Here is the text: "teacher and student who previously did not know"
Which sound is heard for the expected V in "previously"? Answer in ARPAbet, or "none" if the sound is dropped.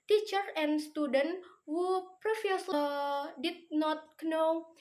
F